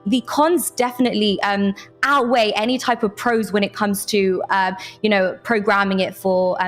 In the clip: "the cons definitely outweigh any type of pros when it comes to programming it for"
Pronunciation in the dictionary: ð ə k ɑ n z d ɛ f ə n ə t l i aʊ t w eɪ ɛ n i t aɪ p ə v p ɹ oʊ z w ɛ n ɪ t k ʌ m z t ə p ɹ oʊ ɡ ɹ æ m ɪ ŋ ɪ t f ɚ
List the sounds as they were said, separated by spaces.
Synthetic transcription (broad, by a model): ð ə k ɑ n z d ɛ f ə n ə t l i aʊ t w eɪ ɛ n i t aɪ p ə v p ɹ oʊ z w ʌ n ɪ t k ʌ m z t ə p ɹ oʊ ɡ ɹ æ m ɪ ŋ ɪ t f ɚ